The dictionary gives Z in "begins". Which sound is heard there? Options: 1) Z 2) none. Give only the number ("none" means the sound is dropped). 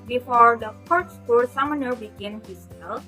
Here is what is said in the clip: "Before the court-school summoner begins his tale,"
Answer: 2